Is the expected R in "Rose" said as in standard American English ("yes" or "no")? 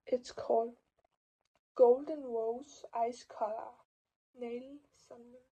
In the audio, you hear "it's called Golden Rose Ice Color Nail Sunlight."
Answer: no